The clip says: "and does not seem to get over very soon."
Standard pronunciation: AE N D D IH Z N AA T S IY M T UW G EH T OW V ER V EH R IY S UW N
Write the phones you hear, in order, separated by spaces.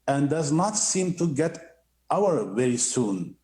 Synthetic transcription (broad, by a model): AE N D D IH Z N AA T S IY M T UW G EH T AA W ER V EH R IY S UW N